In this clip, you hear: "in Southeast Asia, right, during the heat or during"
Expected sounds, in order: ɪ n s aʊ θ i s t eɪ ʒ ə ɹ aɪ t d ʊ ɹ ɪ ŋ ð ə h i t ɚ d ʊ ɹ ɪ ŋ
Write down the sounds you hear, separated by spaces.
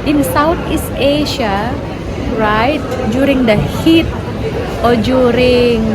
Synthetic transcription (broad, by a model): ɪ n s aʊ t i s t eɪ ʃ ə ɹ aɪ t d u ɹ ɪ ŋ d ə h i t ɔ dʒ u ɹ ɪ ŋ